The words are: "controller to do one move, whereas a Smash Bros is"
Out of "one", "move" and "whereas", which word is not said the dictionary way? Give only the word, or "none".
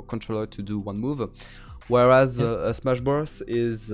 none